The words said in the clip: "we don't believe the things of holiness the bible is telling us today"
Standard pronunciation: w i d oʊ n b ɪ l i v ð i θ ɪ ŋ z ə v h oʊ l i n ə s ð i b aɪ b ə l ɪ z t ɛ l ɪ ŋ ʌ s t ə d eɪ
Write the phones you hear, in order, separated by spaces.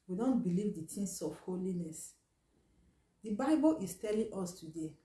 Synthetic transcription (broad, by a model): w i d oʊ n b ɪ l i v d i t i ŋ s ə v h oʊ l i n ə s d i b aɪ b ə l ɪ s t ɛ l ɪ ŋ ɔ s t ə d eɪ